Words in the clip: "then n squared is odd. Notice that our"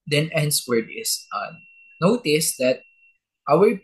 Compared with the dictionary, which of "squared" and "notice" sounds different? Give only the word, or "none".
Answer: squared